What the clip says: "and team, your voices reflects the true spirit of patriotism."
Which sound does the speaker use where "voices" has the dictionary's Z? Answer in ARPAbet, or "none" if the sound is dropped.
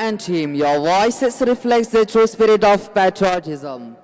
S